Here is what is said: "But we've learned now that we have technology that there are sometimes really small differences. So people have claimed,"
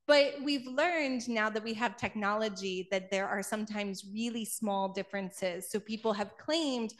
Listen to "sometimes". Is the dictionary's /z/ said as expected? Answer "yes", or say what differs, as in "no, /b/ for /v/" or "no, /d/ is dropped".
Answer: yes